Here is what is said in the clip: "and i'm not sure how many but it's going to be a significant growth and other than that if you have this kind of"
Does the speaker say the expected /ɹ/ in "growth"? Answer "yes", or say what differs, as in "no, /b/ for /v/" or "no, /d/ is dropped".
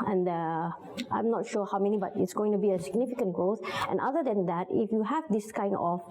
no, /ɹ/ is dropped